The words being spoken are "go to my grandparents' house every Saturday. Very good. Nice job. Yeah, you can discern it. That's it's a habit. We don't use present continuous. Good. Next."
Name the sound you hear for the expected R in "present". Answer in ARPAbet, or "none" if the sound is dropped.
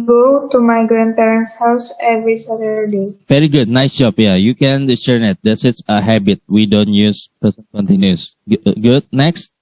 none